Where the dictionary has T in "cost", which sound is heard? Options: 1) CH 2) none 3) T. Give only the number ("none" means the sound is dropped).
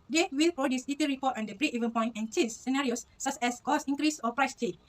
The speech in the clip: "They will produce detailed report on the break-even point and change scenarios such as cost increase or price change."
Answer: 2